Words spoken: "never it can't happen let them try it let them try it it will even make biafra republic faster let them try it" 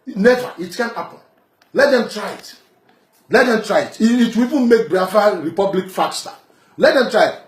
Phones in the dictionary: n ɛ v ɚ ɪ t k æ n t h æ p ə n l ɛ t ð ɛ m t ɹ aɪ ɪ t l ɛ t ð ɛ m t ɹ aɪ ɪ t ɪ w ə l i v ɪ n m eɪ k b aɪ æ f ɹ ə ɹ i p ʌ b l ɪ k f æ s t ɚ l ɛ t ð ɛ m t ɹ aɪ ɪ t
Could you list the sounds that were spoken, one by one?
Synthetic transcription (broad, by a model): n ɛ v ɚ ɪ t k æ n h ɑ p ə n l ɛ t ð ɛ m t ɹ aɪ ɪ t l ɛ t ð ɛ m t ɹ aɪ ɪ t ɪ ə w i v ɪ n m eɪ k b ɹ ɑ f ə ɹ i p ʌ b l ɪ k f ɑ s t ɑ l ɛ t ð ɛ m t ɹ aɪ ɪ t